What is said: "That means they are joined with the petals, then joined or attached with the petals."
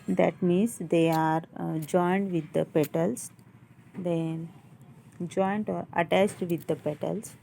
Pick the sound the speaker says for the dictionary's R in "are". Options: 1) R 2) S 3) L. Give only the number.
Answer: 1